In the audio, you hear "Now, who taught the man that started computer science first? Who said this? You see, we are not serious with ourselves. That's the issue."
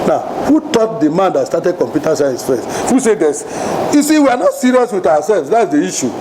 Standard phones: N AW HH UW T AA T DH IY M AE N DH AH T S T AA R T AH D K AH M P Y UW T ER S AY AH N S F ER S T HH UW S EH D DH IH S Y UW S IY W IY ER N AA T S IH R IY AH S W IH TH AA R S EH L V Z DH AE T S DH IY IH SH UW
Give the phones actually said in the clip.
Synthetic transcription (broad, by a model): N AW HH UW T AA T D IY M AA N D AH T S T AA T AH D K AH M P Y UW T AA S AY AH S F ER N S HH UW S EH D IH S Y UW S IY W IY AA N AA T S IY R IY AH S W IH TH AA W S EH L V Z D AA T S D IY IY SH UW